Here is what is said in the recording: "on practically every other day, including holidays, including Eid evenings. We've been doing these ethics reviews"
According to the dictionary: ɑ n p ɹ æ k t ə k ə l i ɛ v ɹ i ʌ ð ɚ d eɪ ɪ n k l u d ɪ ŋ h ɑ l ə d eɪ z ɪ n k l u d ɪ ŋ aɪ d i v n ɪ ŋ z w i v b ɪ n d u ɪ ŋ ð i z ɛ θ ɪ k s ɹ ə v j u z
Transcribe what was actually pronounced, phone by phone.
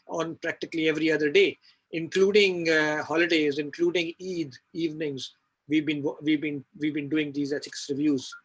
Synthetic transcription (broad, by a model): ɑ n p ɹ æ k t ə k ə l i ɛ v ɹ i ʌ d ɚ d eɪ ɪ n k l u d ɪ ŋ h ɑ l ə d eɪ z ɪ n k l u d ɪ ŋ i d i v n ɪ ŋ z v i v b ɪ n d u ɪ ŋ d i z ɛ s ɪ k s ɹ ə v j u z